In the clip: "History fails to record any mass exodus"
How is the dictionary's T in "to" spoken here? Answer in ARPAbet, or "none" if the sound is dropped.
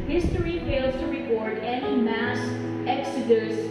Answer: T